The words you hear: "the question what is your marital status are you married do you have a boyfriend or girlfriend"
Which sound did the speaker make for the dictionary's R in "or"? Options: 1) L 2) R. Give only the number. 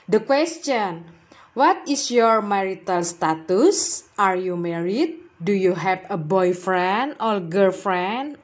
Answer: 1